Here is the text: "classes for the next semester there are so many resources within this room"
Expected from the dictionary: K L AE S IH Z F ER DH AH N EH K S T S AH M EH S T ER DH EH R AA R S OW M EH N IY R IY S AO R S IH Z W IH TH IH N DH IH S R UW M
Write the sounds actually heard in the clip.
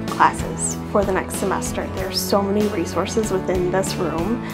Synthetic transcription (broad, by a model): K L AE S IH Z F ER DH AH N EH K S T S AH M EH S T ER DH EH R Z S OW M EH N IY R IY S AO R S IH Z W IH TH IH N DH IH S R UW M